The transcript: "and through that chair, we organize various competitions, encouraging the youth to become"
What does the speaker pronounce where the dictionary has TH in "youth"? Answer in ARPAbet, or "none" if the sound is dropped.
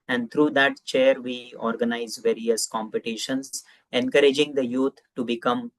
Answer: T